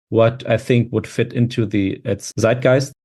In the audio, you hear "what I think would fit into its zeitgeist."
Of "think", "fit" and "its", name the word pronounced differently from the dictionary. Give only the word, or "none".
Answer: none